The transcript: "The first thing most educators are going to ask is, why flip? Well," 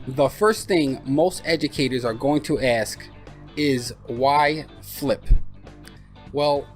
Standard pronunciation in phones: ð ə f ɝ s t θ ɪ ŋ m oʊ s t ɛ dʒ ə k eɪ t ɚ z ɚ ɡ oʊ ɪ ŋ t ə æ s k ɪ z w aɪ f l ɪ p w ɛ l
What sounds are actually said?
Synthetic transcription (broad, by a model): ð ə f ɝ s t θ ɪ ŋ m oʊ s t ɛ dʒ ə k eɪ t ɚ z ɚ ɡ oʊ ɪ ŋ t ə æ s k ɪ z w aɪ f l ɪ p w ɛ l